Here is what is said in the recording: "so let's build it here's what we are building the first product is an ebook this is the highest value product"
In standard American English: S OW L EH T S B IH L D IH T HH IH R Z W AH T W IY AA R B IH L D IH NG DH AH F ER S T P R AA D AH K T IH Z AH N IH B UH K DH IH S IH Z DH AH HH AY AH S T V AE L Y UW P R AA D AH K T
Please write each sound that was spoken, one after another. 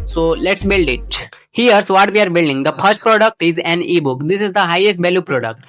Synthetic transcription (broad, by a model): S OW L EH T S B IH L D IH T HH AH R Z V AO T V IY AA R B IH L D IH NG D AH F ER S T P R AA D AH K T IH Z AH N IH B UH K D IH S IH Z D AH HH AY AH S T B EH L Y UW P R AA D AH K T